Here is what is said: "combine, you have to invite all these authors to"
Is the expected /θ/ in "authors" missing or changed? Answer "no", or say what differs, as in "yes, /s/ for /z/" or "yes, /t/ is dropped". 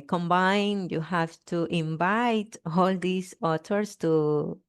yes, /t/ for /θ/